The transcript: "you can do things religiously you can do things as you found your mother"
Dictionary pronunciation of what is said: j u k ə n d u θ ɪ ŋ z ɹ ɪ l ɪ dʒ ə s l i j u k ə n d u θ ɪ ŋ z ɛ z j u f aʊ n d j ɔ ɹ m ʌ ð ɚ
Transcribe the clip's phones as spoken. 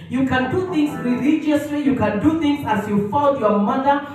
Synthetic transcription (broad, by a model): j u k ə n d u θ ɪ ŋ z ɹ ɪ l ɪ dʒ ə s l i j u k ə n d u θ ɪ ŋ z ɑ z j u f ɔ l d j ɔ m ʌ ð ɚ